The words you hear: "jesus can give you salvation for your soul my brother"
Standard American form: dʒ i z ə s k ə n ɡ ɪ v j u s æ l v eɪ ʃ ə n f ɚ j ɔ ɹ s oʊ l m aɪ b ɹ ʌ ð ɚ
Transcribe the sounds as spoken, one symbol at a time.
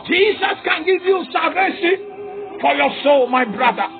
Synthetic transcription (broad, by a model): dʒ i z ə s k ə n ɡ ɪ v j u s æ v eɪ s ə f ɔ j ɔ s oʊ l m aɪ b ɹ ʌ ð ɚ